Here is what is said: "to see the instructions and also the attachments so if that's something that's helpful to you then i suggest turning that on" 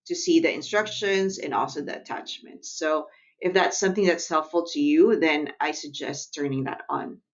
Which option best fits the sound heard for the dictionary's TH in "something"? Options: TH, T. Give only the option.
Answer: TH